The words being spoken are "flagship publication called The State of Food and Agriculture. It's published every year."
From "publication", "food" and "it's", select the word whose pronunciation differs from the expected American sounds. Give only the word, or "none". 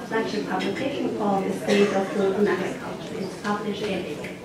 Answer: food